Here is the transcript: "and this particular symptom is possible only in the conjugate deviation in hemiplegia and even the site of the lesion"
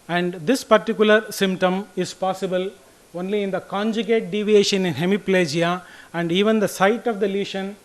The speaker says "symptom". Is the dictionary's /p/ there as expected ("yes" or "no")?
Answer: yes